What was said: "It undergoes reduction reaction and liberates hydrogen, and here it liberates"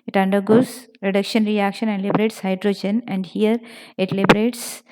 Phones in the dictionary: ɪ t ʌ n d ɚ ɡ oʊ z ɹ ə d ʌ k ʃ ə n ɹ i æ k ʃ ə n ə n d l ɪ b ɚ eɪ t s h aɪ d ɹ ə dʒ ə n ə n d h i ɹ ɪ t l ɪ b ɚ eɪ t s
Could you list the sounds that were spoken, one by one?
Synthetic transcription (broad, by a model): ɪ t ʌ n d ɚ ɡ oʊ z ɹ ə d ʌ k ʃ ə n ɹ i æ k ʃ ə n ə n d l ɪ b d eɪ t s h aɪ d ɹ ə dʒ ə n ə n d h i ɹ ɪ t l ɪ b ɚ eɪ t s